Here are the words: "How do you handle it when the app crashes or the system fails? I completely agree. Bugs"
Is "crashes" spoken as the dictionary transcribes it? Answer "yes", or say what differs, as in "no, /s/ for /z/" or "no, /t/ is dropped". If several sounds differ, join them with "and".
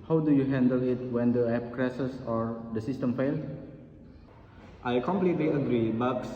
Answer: no, /s/ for /ʃ/ and /s/ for /z/